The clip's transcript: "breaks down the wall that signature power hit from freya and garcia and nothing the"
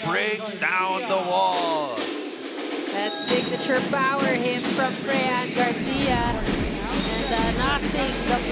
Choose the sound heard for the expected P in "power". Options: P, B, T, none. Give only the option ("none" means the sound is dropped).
B